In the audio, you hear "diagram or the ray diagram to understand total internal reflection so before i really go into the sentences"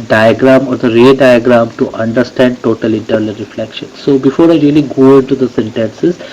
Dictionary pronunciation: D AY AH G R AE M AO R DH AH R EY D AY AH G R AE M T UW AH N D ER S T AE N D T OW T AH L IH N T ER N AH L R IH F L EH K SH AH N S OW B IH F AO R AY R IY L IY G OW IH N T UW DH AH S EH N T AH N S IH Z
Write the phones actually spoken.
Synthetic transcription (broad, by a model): D AY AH G R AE M AO R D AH R EY D AY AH G R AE M T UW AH N D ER S T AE N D T OW T AH L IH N T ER N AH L R IH F L EH K SH AH N S OW B IH F AO R AY R IY L IY G OW IH N T UW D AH S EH N T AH N S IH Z